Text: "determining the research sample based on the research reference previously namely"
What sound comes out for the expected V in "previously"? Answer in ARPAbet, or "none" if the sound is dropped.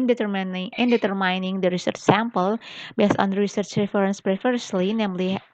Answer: F